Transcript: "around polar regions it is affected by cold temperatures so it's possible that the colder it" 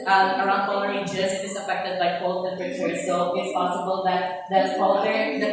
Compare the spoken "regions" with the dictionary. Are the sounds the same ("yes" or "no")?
no